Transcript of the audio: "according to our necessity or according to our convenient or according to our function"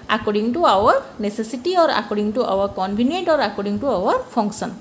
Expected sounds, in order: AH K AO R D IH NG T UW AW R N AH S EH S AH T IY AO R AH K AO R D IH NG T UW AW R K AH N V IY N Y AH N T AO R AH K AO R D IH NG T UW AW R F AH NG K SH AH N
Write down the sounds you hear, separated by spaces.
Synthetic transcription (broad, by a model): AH K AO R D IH NG T UW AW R N AH S EH S AH T IY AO R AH K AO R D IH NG T UW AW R K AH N B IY N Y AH N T AO R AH K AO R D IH NG T UW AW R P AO NG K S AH N